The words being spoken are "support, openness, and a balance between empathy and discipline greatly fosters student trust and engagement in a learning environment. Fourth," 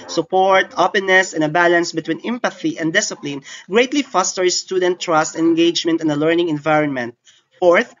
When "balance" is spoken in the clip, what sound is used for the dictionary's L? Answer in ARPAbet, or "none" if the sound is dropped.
L